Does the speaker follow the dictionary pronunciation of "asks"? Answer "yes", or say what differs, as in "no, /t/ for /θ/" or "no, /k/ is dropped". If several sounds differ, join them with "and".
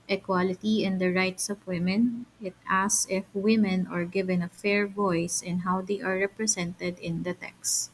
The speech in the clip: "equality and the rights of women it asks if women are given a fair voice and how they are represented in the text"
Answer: no, /k/ is dropped